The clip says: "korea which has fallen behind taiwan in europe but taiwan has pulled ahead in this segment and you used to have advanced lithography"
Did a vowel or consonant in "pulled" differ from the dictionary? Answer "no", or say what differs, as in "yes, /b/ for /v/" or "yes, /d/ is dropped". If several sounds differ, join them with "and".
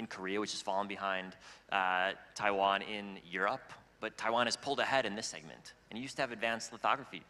no